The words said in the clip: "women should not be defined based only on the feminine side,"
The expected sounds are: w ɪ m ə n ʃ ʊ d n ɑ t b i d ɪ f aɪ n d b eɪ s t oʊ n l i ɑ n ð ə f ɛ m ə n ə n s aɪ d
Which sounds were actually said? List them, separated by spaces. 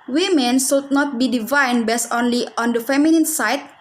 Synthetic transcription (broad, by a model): w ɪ m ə n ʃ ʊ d n ɑ t b i d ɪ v aɪ n b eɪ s oʊ n l i ɑ n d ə f ɛ m ə n ə n s aɪ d